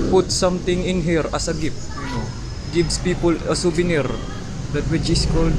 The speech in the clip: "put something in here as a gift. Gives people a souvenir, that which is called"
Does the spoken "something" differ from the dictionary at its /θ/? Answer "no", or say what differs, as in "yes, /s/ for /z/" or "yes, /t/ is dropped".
yes, /t/ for /θ/